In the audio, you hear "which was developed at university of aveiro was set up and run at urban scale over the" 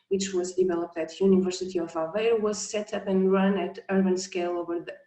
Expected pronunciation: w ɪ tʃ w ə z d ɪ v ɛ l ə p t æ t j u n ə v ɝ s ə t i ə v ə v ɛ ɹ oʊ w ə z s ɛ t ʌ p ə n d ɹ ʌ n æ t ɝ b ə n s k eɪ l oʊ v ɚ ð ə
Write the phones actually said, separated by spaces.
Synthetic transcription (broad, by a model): w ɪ tʃ w ə z d ɪ v ɛ l ə p t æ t j u n ə v ɝ s ə t i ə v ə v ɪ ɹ w ə z s ɛ t ʌ p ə n ɹ ʌ n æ t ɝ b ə n s k eɪ l oʊ v ɚ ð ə